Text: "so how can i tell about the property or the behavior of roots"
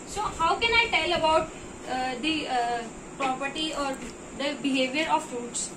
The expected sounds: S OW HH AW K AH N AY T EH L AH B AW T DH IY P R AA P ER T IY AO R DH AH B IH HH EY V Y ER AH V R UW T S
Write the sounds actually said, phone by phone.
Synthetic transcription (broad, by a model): S OW HH AW K AH N AY T EH L AH B AW T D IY P R AA P ER T IY AO R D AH B IH HH EY V Y ER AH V R UW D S